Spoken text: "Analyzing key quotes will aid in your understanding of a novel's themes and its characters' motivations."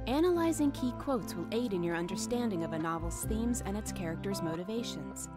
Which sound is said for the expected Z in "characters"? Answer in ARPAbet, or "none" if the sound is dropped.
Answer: Z